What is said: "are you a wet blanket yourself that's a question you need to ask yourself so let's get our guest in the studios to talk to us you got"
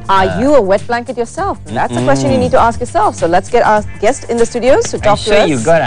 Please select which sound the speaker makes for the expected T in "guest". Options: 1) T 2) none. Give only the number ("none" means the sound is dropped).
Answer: 1